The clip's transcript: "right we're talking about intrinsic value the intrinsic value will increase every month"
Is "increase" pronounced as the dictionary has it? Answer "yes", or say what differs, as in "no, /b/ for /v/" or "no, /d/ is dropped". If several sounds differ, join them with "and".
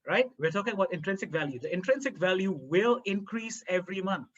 yes